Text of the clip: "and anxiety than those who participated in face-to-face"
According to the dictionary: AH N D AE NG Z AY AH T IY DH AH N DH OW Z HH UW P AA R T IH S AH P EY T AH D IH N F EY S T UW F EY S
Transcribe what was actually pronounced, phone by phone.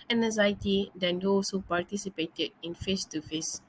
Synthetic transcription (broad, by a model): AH N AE Z AY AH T IY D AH N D OW S HH UW P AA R T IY S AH P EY T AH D IH N F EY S T UW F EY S